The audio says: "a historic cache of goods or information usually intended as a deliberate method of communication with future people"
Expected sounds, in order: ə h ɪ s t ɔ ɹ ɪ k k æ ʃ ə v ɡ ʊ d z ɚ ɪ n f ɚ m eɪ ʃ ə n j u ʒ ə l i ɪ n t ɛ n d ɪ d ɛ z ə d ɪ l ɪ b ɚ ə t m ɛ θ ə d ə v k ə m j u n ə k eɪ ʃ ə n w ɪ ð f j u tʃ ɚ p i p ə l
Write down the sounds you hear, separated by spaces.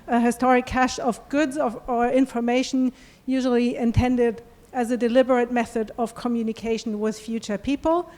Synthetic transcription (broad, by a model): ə h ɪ s t ɔ ɹ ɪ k k æ ʃ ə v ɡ ʊ d z ɚ ɪ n f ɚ m eɪ ʃ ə n j u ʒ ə l i ɪ n t ɛ n d ɪ d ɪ z ə d ɪ l ɪ b ɚ ə t m ɛ θ ə d ə v k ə m j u n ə k eɪ ʃ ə n w ɪ ð f j u tʃ ɚ p i p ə l